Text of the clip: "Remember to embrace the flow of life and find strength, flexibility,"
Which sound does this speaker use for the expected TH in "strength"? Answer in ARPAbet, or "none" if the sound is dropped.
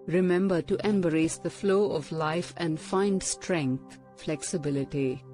T